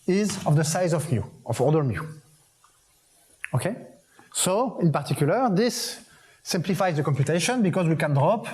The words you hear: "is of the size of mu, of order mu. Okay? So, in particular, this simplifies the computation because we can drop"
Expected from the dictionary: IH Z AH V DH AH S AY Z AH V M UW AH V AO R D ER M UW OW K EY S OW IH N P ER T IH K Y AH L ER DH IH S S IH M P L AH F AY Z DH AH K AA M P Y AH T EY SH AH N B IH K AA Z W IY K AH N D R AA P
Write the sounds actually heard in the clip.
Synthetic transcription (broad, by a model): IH Z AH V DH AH S AY Z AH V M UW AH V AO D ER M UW OW K EY S OW IH N P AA T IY K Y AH L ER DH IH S S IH M P L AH F AY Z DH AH K AA M P Y AH T EY SH AH N B IH K AA Z W IY K AH N D R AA P